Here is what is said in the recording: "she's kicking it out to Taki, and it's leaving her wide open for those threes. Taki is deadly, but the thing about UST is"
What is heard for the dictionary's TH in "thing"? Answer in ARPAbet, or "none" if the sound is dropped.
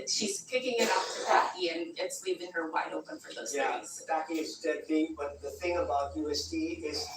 TH